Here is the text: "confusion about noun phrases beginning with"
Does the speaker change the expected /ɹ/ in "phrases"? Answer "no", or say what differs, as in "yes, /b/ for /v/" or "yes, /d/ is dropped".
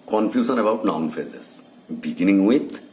yes, /ɹ/ is dropped